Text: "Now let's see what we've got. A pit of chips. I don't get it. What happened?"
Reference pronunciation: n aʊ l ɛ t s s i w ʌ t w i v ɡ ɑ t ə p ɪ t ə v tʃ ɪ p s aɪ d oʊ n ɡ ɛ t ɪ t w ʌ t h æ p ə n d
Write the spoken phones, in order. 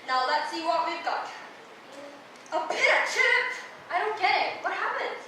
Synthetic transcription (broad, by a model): n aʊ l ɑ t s s i w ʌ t w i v ɡ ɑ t ə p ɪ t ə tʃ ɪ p aɪ d oʊ n ɡ ɛ t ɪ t w ʌ t h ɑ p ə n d